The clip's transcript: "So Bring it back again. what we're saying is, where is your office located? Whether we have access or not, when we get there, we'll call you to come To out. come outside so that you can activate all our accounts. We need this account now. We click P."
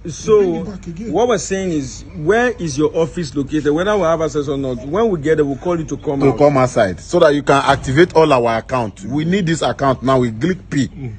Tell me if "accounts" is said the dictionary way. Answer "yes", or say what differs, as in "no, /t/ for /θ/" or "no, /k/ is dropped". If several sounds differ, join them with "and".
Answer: no, /s/ is dropped